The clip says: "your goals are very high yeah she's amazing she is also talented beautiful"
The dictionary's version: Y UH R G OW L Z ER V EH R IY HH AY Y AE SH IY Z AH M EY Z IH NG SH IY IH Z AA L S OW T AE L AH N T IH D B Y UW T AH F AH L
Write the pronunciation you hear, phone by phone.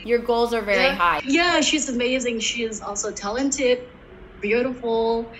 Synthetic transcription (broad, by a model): Y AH R G OW L Z ER V EH R IY HH AY Y AE SH IY Z AH M EY Z IH NG SH IY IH Z AA L S OW T AE L AH N T IH D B Y UW T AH F L